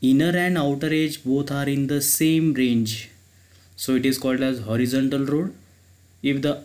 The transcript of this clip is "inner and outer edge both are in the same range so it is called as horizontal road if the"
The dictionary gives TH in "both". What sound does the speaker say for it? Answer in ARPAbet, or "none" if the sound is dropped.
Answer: T